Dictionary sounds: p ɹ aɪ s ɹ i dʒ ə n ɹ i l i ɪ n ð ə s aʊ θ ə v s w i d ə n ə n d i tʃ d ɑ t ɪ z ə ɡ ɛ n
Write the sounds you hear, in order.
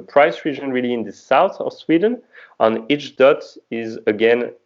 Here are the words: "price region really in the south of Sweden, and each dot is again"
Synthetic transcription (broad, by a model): p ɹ aɪ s ɹ i dʒ ə n ɹ i l i ɪ n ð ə s aʊ θ ə v s w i d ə n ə n i tʃ d ɑ t ɪ z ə ɡ ɛ n